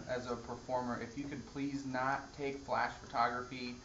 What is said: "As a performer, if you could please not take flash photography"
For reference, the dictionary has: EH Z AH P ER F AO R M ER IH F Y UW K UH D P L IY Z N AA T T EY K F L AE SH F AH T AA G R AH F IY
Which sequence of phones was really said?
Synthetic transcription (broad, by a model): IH Z AH P ER F AO R M ER IH F Y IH K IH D P L IY Z N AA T T EY K F L AE SH F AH T AA G R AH F IY